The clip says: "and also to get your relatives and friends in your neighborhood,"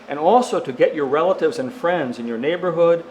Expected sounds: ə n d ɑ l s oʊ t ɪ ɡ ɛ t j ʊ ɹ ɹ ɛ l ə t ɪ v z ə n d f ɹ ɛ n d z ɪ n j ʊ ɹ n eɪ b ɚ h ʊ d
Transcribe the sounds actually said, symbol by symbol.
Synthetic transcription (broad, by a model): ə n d ɑ l s oʊ t ɪ ɡ ɛ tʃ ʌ ɹ ɹ ɛ l ə t ɪ v z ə n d f ɹ ɛ n d z ɪ n j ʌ ɹ n eɪ b ɚ h ʊ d